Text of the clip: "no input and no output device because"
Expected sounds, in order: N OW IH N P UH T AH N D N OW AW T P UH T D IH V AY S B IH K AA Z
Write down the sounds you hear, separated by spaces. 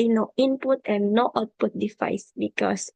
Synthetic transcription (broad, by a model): N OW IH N P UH T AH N N OW AW T P UH T D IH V AY S B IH K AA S